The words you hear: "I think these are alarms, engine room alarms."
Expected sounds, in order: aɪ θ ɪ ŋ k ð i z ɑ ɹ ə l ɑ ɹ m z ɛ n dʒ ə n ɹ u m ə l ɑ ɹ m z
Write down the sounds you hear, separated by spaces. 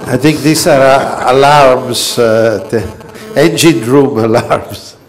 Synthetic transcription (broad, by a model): aɪ θ ɪ ŋ k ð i s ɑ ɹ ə l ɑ ɹ m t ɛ n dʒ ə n ɹ u m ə l ɑ ɹ m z